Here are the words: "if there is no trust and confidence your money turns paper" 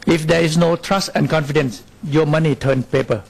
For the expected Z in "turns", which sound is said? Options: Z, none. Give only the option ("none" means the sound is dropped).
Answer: none